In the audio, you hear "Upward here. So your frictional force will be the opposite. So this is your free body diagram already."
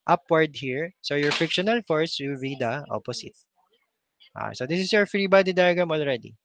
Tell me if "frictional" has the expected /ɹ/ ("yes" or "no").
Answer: no